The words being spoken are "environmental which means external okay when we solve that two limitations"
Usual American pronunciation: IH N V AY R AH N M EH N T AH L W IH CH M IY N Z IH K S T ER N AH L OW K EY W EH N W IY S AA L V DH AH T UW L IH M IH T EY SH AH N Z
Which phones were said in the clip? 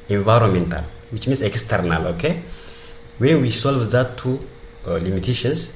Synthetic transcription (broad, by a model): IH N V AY R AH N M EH N T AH L W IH CH M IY N S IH K S T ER N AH L OW K EY W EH W IY S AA L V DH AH T UW L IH M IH T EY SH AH N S